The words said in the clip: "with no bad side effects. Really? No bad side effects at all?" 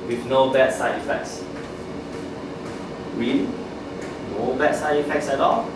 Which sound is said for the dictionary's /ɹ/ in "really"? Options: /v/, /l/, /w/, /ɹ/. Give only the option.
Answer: /w/